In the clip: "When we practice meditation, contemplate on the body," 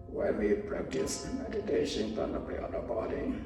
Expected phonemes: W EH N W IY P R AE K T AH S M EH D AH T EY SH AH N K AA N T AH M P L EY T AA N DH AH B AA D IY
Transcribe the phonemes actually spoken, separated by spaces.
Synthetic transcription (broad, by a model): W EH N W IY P R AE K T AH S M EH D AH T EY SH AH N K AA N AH P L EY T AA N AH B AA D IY